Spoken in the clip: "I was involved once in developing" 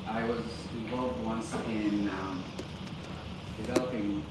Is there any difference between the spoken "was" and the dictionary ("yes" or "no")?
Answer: no